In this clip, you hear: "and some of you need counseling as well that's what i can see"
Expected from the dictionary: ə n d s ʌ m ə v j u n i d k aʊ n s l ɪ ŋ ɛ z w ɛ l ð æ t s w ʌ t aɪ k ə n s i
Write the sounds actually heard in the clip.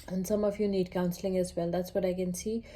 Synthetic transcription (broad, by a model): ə n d s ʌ m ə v j u n i d k aʊ n s l ɪ ŋ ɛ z w ɛ l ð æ t s w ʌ t aɪ k ə n s i